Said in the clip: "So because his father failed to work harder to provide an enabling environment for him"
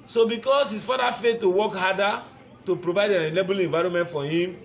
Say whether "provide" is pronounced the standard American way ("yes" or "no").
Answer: yes